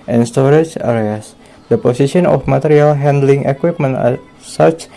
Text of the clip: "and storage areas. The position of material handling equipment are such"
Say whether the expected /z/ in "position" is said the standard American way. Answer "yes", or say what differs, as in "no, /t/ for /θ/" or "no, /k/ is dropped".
no, /s/ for /z/